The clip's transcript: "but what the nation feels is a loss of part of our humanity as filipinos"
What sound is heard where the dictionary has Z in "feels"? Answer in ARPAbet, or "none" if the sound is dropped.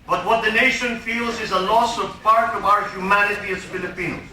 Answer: Z